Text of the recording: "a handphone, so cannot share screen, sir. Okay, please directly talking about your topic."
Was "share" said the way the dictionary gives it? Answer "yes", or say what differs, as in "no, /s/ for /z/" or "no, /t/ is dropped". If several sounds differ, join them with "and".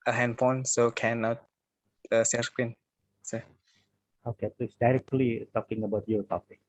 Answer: no, /s/ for /ʃ/